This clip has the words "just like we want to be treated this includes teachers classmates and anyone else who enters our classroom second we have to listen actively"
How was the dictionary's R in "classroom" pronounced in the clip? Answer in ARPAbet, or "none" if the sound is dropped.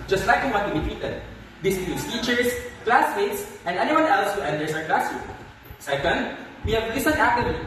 none